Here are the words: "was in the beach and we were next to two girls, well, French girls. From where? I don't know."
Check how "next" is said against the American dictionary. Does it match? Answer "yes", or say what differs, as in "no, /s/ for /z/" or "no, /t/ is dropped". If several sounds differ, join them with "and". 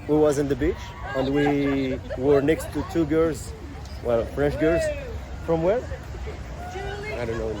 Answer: yes